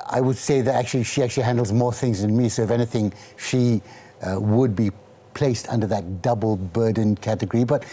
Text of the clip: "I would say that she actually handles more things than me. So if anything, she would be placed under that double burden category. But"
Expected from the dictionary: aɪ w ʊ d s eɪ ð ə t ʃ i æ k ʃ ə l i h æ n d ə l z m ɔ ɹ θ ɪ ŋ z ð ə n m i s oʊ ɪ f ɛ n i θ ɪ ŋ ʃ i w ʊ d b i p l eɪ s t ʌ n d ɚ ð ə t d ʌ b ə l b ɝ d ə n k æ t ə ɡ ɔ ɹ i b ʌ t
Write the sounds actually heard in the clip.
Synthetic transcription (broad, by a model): aɪ w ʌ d s eɪ ð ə t ʃ i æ k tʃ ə l i h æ n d l z m ɔ ɹ θ ɪ ŋ z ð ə n m i s oʊ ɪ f ɛ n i θ ɪ ŋ ʃ i w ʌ d b i p l eɪ s t ʌ n d ɚ ð ə t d ʌ b l b ɝ d n k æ t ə ɡ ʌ ɹ i b ʌ t